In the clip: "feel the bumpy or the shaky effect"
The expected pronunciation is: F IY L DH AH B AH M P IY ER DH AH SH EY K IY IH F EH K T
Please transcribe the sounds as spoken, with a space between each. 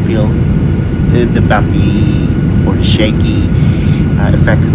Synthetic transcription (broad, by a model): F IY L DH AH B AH P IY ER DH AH SH EY K IY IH F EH K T